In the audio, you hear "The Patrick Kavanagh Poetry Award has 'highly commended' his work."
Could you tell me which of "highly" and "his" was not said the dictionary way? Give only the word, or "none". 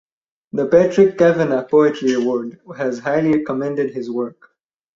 none